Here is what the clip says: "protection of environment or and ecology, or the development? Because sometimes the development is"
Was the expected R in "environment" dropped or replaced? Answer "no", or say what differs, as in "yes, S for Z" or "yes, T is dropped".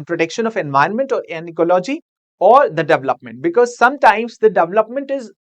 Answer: yes, R is dropped